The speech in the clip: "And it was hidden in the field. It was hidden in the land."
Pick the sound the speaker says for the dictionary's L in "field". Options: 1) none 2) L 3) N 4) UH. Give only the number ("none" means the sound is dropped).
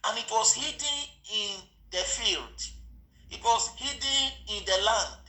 2